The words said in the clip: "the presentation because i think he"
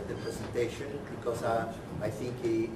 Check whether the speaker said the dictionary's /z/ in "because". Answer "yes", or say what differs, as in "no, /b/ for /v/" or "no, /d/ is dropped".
no, /s/ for /z/